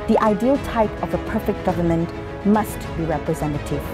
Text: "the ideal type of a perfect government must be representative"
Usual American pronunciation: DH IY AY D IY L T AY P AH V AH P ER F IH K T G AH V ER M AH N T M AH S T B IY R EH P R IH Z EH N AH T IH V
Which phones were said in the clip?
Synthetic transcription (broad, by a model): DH IY AY D IY L T AY P AH V AH P ER F IH K T G AH V ER M AH N T M AH S T B IY R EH P R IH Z EH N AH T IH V